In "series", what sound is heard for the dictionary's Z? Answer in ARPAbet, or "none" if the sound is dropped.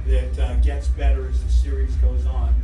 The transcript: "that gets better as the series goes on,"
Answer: Z